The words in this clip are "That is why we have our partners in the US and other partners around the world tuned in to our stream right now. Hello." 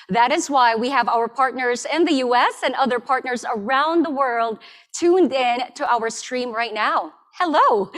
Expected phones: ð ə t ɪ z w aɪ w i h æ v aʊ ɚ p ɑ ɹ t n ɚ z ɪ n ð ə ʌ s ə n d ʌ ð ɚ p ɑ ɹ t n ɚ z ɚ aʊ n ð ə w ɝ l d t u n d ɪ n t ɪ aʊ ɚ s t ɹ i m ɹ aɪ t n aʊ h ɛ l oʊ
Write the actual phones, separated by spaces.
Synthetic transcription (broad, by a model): ð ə t ɪ z w aɪ w i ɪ v aʊ ɚ p ɑ ɹ t n ɚ z ɪ n ð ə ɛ s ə n ʌ ð ɚ p ɑ ɹ t n ɚ z ɚ aʊ n ð ə w ɝ l d t u n d ɪ n t ɪ aʊ ɚ s t ɹ i m ɹ aɪ t n aʊ h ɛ l oʊ